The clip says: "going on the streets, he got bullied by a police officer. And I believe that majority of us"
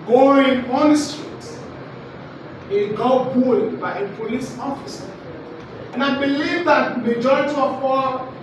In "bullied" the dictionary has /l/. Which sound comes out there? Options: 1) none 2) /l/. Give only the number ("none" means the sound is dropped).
1